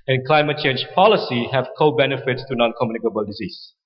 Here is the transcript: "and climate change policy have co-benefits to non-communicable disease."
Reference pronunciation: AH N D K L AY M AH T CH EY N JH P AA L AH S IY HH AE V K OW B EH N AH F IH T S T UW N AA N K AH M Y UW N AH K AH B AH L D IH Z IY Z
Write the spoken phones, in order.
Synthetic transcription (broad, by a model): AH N K L AY M AH T CH EY N JH P AA L AH S IY HH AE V K OW B EH N AH F IH T S T UW N AA N K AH M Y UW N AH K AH B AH L D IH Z IY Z